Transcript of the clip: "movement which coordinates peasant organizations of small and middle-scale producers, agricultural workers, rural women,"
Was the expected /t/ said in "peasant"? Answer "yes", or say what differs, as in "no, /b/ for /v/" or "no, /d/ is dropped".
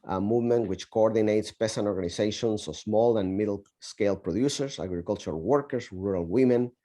no, /t/ is dropped